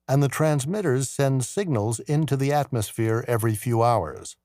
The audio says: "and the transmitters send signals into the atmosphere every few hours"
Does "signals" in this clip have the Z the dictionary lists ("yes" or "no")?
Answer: yes